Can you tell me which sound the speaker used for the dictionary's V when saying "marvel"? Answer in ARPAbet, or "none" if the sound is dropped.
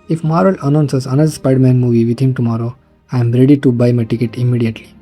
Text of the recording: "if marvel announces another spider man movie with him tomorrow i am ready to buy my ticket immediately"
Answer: none